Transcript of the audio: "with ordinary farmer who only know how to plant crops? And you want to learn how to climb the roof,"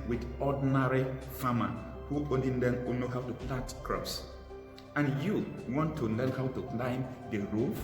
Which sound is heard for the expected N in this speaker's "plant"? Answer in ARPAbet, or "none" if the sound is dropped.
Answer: none